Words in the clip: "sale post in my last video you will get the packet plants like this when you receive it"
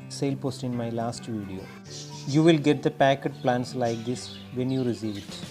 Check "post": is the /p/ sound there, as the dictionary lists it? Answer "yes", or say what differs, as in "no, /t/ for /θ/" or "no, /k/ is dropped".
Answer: yes